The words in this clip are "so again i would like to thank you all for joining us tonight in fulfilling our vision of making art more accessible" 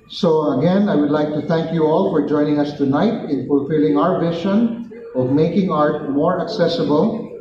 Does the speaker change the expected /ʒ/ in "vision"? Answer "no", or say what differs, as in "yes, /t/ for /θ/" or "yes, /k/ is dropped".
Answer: yes, /ʃ/ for /ʒ/